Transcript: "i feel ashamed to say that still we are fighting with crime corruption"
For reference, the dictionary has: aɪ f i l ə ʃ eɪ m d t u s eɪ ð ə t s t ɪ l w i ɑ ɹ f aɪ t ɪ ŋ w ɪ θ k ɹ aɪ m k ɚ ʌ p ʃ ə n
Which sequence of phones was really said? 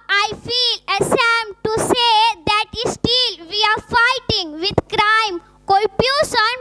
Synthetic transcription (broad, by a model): aɪ f i l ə s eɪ m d t u s eɪ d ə t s t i l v i ɑ ɹ f aɪ t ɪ ŋ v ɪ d k ɹ aɪ m k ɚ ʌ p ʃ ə n